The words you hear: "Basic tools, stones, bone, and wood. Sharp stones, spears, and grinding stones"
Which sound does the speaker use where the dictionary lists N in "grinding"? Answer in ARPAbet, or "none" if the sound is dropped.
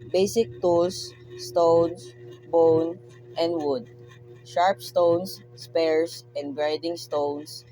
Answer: none